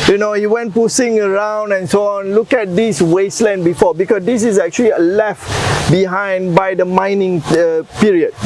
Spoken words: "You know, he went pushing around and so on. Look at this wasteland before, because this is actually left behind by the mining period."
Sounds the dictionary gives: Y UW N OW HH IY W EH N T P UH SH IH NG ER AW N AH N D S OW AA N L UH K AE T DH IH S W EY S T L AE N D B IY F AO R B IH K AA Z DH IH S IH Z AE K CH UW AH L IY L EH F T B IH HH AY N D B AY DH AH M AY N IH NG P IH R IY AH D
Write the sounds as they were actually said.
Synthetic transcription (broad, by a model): Y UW N OW HH IY W EH N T P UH S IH NG ER AW N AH N S OW AA N L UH K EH T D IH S W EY S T L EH N B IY F AO B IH K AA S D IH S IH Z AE K CH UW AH L IY L EH F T B IH HH AY N D B AY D AH M AY N IH NG P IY R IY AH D